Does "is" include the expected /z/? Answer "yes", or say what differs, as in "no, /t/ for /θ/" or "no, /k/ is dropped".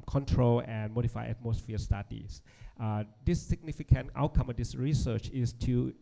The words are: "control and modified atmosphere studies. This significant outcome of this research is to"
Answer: no, /s/ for /z/